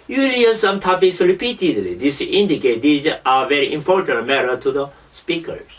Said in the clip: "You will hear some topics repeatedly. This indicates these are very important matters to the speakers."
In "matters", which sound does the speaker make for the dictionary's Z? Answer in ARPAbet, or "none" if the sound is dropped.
none